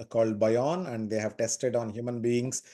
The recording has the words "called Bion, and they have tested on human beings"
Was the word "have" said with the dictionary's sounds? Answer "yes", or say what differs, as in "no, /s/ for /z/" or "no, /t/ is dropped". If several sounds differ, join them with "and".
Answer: yes